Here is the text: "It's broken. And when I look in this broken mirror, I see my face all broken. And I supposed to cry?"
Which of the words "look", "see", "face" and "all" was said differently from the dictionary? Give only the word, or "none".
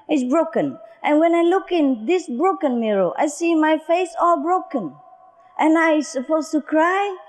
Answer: none